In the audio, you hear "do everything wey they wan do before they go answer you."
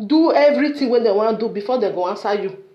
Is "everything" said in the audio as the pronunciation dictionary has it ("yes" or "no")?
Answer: no